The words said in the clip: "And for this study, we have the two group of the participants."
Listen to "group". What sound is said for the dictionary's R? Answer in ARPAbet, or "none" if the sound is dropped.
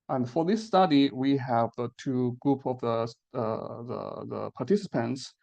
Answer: R